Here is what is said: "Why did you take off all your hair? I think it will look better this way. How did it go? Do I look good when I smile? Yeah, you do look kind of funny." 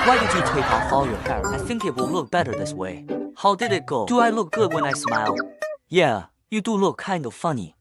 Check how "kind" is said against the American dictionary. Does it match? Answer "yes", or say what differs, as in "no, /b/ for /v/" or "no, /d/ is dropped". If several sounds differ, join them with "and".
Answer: yes